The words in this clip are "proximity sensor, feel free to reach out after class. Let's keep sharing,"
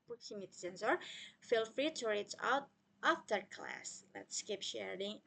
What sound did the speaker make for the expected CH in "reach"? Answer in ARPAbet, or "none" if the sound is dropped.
S